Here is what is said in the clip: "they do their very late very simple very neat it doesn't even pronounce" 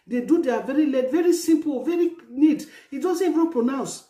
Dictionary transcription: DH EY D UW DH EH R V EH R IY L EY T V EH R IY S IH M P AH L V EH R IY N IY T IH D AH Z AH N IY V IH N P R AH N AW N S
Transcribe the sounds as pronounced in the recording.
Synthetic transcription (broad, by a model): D EY D UW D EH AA V EH R IY L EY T V EH R IY S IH M P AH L V EH R IY N IY T IH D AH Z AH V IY IH P R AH N AW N S